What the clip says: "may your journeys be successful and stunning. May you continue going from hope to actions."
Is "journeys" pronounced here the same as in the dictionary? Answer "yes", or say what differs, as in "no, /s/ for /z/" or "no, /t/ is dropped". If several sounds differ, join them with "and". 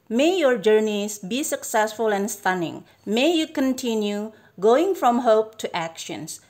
no, /s/ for /z/